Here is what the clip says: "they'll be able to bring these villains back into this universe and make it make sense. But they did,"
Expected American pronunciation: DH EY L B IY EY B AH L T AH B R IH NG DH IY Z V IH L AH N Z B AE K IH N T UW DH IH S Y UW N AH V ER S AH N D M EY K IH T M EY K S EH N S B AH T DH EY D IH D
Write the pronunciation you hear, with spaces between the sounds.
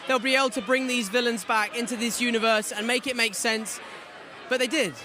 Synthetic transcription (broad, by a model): DH EY L B IY EY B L T AH B R IH NG DH IY Z V IH L AH N Z B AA K IH N T UW DH IH S Y UW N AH V ER S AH N M EY K IH T M EY K S EH N S B AH T DH EY D IH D